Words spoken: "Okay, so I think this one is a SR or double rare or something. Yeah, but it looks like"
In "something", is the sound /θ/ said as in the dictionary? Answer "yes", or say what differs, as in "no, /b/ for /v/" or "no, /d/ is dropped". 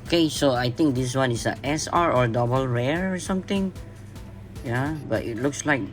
no, /t/ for /θ/